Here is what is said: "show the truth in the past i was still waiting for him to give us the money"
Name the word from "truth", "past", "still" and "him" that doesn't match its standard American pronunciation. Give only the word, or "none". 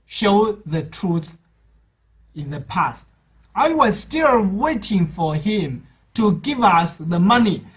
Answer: none